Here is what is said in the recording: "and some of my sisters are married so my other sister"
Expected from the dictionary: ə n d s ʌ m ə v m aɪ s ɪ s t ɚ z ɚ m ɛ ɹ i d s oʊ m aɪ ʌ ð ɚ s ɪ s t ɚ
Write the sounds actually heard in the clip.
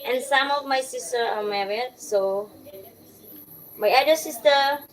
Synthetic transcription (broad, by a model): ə n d s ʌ m ə v m aɪ s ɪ s t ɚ ɚ m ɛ ɹ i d s oʊ m aɪ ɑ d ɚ s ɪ s t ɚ